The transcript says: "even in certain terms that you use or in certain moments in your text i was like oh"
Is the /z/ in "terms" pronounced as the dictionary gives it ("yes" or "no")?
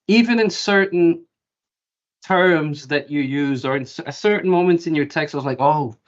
yes